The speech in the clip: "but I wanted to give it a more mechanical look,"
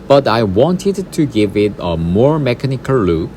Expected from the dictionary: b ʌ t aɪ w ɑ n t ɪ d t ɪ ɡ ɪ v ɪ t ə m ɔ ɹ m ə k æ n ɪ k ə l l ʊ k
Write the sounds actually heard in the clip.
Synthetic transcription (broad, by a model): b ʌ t aɪ w ɑ n t ɪ d t ɪ ɡ ɪ v ɪ t ə m ɔ ɹ m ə k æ n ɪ k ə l l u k